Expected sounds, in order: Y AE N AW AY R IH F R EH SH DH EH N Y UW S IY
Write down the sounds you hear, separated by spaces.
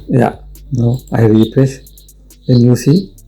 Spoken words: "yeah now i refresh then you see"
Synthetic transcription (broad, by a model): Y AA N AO AY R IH P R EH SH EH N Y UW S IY